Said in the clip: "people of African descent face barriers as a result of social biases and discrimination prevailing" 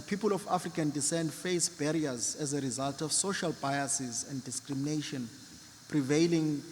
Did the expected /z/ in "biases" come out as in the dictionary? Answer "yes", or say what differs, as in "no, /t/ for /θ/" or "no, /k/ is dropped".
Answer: yes